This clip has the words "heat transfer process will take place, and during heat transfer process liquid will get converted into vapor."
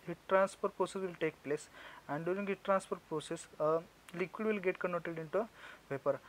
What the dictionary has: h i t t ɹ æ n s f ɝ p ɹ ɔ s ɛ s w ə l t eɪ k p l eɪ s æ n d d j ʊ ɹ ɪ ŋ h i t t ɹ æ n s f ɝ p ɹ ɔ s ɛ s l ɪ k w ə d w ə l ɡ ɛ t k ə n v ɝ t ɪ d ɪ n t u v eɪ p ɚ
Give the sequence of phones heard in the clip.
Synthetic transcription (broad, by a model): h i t t ɹ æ n s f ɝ p ɹ ɔ s ɛ s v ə l t eɪ k p l eɪ s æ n d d j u ɹ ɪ ŋ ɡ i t t ɹ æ n s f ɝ p ɹ ɔ s ɛ s l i k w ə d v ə l ɡ ɛ t k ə n ɔ t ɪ d ɪ n t u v eɪ p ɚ